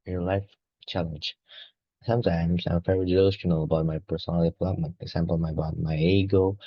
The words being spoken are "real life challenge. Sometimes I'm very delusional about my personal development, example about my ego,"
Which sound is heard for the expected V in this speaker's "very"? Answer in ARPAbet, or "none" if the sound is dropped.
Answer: F